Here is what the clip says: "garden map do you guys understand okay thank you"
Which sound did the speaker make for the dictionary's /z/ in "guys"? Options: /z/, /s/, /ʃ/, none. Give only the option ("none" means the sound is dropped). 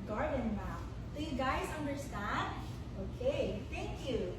/z/